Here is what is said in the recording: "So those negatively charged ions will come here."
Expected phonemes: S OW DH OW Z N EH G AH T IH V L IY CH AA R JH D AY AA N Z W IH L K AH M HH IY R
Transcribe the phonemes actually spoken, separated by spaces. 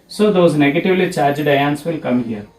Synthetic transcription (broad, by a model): S OW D OW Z N EH G AH T IH V L IY CH AA R JH D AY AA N S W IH L K AH M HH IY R